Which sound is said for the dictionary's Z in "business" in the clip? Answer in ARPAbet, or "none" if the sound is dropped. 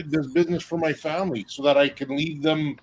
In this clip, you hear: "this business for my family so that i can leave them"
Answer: Z